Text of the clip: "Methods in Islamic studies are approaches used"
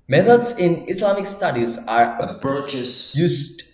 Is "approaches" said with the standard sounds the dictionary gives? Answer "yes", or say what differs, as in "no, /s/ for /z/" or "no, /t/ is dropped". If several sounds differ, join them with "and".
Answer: no, /ɹ/ is dropped and /s/ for /z/